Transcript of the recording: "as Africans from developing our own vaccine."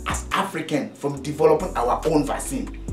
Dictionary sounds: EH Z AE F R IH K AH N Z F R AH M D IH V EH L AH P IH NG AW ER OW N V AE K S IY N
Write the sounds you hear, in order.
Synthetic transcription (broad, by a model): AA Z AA F R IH K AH N F R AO M D IH V EH L AH P IH NG AW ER OW N V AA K S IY N